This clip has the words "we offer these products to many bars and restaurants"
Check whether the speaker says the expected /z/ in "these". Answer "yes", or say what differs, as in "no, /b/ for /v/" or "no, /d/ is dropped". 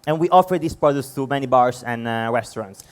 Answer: no, /s/ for /z/